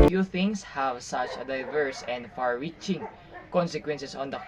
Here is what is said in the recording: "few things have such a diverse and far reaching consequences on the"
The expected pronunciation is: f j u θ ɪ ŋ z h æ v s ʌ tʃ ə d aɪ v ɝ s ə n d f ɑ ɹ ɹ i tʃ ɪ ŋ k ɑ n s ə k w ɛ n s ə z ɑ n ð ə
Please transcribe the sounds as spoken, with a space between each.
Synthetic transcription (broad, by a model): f j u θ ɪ ŋ s h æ v s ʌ tʃ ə d aɪ v ɝ s ə n d f ɑ ɹ ɹ i tʃ ɪ ŋ k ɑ n s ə k w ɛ n s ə s ɑ n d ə